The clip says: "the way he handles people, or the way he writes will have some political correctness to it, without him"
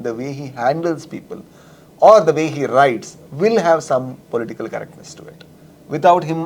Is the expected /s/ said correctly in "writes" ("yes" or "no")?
yes